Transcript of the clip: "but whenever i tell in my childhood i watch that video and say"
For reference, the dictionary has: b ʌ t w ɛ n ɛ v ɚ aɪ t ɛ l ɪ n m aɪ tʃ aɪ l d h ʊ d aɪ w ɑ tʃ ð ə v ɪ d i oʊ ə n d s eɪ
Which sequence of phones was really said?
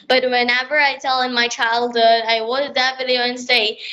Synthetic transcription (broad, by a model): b ʌ t w ɛ n ɛ v ɚ aɪ t ɛ l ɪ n m aɪ tʃ aɪ l d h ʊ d aɪ w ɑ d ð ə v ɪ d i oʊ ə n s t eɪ